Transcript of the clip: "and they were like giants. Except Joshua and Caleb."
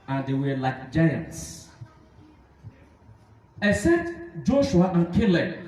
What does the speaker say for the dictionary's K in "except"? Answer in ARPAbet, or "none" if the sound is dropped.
none